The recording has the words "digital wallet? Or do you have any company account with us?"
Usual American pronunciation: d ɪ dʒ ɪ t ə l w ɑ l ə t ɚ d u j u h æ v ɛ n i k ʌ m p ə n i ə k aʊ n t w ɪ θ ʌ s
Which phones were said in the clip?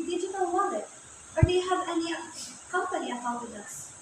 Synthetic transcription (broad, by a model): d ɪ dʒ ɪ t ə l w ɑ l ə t ɚ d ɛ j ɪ h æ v ɛ n i k ʌ m p ə n i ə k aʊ t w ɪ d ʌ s